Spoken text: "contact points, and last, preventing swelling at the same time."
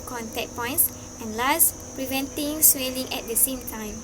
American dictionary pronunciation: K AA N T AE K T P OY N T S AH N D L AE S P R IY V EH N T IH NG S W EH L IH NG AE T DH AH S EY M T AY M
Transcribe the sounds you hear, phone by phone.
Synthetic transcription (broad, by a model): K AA N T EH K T P OY N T S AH N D L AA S P R IY V EH N T IH NG S W EH L IH NG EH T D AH S EY M T AY M